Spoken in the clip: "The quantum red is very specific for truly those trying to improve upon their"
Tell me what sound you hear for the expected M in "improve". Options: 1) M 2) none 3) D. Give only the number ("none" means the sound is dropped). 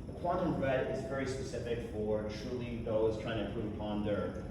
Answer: 2